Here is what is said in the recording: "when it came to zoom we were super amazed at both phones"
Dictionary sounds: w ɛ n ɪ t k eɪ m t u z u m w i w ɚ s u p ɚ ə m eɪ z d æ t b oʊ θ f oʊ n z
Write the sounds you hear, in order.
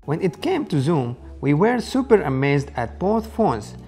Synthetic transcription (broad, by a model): w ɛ n ɪ t k eɪ m t u z u m w i w ɚ s u p ɚ ə m eɪ z d æ t b oʊ θ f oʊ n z